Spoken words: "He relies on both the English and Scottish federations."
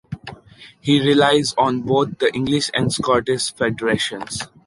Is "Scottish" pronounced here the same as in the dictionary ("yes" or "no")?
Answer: no